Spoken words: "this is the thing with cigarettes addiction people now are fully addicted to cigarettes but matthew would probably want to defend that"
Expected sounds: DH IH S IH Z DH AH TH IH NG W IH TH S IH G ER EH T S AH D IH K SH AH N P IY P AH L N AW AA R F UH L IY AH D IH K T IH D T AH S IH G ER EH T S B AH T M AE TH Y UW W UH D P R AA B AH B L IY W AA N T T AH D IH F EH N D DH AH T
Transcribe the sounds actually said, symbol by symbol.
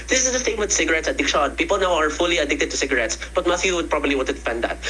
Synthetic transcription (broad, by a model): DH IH S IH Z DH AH S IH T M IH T S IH G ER EH T S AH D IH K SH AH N P IY P AH L N AW AA R F UH L IY AH D IH K T IH D T AH S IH G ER EH T S B AH T M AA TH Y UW W UH D P R AA B AH B L IY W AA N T T AH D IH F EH N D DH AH T